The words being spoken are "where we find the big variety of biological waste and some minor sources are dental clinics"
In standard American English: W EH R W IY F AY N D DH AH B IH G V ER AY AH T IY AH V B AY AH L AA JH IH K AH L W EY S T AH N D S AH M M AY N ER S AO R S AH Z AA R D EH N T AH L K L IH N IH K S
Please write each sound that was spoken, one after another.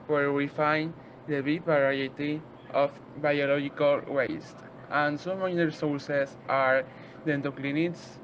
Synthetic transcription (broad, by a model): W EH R W IY F AY N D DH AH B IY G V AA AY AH T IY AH F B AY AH L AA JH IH K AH L W EY S T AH N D S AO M M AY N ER S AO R S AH S AA R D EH N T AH K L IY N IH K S